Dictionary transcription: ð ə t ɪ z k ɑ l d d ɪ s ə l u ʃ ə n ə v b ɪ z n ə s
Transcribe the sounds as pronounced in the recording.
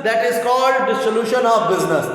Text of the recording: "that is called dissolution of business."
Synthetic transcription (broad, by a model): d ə t ɪ z k ɑ l d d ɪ s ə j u ʃ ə n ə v b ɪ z n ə s